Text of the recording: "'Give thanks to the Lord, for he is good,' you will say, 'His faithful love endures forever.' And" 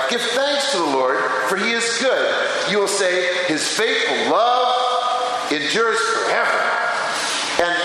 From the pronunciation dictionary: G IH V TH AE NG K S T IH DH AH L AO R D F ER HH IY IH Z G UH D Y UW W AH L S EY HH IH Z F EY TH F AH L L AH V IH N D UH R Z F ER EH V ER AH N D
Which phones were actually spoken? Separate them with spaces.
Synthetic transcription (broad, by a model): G IH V TH AE NG K S T IH DH AH L AO R D F ER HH IY IH Z G UH D Y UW W AH L S EY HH IH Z F EY TH F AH L L AH V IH N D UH R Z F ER EH V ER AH N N